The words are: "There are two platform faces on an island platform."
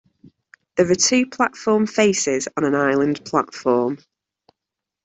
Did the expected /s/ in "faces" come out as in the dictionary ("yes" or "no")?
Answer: yes